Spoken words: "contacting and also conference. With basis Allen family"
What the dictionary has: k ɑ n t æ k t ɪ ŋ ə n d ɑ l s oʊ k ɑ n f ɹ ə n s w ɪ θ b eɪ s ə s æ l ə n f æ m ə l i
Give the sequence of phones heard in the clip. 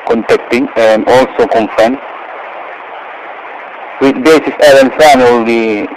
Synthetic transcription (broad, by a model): k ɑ n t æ k t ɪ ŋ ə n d ɑ l s oʊ k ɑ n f ə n w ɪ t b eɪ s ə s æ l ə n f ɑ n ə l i